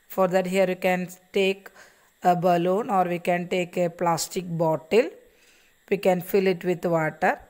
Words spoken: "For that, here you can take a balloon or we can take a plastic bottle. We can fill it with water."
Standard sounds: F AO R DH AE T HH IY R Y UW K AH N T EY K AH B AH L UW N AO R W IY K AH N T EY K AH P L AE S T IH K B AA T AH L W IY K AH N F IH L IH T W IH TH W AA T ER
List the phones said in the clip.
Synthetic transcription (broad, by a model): F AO R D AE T HH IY R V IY K AH N T EY K AH B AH L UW N AO R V IY K AH N T EY K AH P L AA S T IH K B AA T AH L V IY K AH N F IH L IH T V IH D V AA T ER